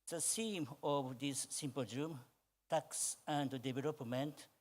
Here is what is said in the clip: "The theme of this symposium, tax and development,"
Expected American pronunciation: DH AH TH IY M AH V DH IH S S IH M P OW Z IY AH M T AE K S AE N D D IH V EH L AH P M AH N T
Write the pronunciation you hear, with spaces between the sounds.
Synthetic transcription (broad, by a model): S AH S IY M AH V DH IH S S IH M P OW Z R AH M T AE K S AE N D D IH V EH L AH P M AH N T